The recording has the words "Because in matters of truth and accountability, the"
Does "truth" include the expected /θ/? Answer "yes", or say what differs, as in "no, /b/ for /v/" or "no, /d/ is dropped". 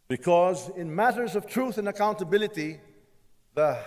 yes